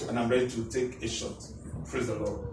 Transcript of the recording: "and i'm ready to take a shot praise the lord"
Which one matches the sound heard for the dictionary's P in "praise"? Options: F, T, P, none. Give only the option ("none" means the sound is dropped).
F